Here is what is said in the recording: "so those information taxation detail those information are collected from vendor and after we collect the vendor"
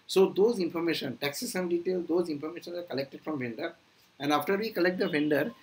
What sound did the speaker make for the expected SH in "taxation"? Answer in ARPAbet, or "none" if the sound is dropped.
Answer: S